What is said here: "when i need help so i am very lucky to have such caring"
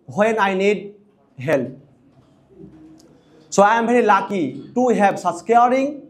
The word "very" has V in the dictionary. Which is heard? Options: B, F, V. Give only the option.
B